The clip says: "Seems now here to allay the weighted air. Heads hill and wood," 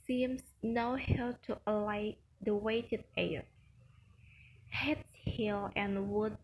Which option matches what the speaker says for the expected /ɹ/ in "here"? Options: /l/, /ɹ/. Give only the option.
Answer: /l/